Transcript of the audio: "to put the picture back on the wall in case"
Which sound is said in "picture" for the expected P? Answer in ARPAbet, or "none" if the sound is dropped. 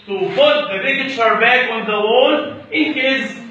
B